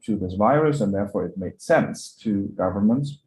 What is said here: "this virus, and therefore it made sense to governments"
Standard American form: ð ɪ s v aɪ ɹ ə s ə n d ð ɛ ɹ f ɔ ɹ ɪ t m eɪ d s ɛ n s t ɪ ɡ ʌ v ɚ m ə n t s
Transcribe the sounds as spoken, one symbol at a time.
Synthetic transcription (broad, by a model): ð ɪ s v aɪ ɹ ə s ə n ð ɛ ɹ f ɔ ɹ ɪ t m eɪ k s ɛ n s t ɪ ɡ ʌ v ɚ m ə n t s